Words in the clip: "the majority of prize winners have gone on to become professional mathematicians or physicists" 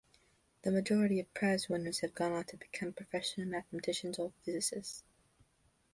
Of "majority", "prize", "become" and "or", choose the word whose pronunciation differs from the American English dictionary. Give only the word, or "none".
or